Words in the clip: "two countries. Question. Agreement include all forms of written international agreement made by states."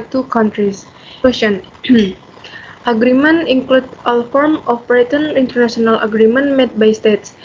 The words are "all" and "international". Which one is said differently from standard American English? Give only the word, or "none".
international